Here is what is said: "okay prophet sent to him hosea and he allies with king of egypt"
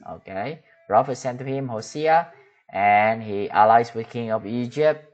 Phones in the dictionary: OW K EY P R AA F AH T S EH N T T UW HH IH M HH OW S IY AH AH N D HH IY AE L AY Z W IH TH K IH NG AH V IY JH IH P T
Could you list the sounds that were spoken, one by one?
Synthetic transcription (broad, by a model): OW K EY R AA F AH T S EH N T T UW HH IH M HH OW S IY AH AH N HH IY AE L AY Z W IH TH K IH NG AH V IY JH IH P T